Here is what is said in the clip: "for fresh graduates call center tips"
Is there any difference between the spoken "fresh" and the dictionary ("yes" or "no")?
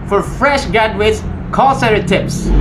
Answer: no